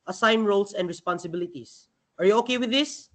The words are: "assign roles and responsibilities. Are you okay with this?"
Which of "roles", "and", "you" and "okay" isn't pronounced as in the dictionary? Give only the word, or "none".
roles